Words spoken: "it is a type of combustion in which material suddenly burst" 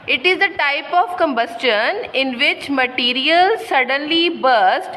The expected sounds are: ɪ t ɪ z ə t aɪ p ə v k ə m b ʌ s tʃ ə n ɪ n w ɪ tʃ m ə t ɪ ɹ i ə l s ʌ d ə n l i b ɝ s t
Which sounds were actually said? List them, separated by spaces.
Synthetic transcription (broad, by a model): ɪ t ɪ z ə t aɪ p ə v k ə m b ʌ s tʃ ə n ɪ n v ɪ tʃ m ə t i ɹ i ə l s ʌ d ə n l i b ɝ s t